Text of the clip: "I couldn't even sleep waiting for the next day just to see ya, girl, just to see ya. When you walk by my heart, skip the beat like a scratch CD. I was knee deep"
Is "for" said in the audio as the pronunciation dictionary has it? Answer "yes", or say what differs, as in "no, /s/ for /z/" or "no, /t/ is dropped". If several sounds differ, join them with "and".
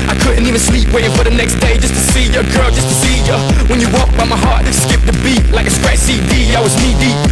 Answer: yes